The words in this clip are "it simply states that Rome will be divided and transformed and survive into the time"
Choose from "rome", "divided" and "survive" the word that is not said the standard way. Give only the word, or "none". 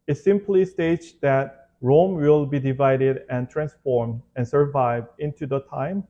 none